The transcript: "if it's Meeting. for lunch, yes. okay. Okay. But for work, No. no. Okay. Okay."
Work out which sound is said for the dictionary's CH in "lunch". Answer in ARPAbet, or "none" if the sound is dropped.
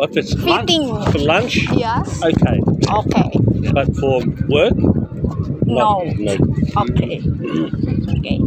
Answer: CH